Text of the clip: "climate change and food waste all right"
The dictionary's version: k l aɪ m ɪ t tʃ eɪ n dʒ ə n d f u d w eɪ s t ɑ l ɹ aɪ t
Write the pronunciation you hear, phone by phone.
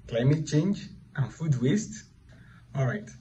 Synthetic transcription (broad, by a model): k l aɪ m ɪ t tʃ eɪ n dʒ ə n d f u d w eɪ s t ɑ l ɹ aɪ t